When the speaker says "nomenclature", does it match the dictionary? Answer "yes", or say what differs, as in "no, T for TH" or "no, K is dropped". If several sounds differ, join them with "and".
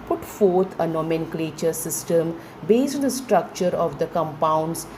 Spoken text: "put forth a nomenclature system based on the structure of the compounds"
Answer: yes